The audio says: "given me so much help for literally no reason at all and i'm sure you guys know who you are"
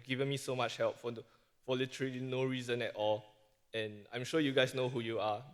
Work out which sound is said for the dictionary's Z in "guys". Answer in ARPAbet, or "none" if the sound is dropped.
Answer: S